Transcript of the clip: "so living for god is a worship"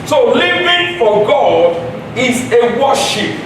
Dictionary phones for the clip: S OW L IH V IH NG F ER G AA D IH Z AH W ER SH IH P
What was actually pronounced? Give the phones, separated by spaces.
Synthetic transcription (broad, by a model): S OW L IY V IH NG F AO G AA D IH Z AH W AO SH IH P